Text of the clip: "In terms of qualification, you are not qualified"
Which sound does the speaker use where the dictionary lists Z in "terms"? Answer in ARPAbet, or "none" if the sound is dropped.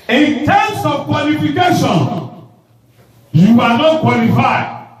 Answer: S